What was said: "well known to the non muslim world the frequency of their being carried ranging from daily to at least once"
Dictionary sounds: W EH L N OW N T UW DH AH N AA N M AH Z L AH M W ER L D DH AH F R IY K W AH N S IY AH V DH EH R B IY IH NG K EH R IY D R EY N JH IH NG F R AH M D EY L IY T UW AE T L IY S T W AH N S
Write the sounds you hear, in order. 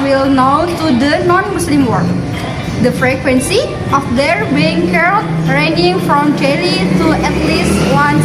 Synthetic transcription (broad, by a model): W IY L N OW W T UW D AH N AA N M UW S L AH M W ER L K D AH F R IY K W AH N S IY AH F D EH R B IY IH NG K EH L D R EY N IH NG F R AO M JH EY L IY T UW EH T L IY S T W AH N